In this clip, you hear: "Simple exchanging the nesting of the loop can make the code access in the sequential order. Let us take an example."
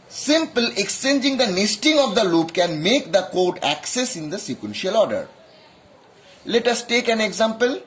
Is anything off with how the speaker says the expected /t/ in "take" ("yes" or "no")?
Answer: no